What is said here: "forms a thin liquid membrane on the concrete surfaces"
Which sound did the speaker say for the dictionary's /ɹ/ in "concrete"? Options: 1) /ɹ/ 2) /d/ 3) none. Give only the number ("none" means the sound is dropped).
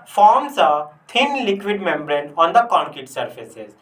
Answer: 3